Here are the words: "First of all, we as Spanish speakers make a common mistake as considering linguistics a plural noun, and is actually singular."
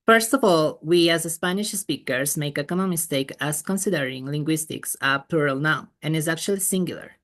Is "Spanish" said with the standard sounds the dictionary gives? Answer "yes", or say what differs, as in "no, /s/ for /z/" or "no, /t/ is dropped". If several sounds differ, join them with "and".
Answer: yes